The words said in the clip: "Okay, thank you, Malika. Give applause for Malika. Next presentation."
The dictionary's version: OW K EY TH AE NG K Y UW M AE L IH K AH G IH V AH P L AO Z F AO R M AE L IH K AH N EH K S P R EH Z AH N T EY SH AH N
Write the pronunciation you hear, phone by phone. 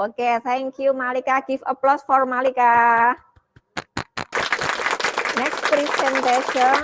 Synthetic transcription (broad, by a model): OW K EY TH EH NG K Y UW M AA L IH K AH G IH F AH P L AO S F AO R M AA L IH K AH N EH K S P R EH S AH N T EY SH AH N